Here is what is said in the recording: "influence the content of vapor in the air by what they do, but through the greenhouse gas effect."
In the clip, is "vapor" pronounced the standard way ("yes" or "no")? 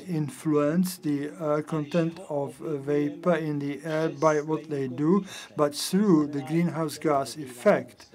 yes